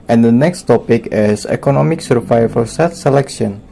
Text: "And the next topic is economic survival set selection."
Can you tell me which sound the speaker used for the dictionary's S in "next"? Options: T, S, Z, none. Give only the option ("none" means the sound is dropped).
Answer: S